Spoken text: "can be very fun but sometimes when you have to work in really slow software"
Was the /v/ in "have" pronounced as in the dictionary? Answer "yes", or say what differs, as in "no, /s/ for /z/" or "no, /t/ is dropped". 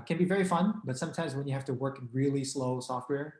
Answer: no, /f/ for /v/